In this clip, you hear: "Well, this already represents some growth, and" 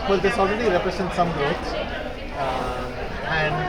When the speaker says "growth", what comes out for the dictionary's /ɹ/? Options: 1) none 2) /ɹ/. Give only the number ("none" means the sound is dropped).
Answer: 1